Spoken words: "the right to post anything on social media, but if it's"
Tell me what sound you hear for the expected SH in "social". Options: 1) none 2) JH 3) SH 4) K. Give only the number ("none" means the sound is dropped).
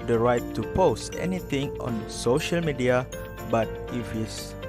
3